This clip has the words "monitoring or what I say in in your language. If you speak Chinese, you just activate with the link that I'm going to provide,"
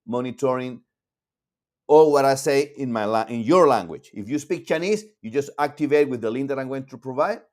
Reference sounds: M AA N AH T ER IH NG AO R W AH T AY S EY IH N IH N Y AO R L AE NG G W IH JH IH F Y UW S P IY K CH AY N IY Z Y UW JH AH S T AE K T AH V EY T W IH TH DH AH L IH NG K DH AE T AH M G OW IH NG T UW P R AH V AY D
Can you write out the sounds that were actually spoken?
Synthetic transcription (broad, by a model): M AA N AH T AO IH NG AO L W AH T AY S EY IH N IH N Y AO R L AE NG G W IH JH IH F Y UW S P IY K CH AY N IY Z Y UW JH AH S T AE K T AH V EY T W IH DH AH L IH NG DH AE T AH M G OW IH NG T UW P R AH V AY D